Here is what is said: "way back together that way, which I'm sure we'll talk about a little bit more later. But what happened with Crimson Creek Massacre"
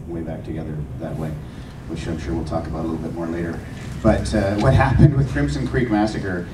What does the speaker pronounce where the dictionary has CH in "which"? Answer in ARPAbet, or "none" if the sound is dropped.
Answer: SH